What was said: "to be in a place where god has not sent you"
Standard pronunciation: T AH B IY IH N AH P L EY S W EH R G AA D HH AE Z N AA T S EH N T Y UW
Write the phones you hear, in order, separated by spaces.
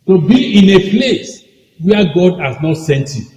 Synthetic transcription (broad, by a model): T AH B IY IH N AH P L EY S W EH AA G AA D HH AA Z N AA T S EH N T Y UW